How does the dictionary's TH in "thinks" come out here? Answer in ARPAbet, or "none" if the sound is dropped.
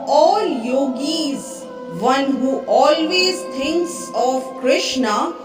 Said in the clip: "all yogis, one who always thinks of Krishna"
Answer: T